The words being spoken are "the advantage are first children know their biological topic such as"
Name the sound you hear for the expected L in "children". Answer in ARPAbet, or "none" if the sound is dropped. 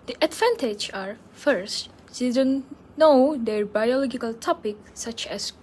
none